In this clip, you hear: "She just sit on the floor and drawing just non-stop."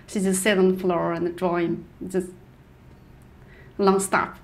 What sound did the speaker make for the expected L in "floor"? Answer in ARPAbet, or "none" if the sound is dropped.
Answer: L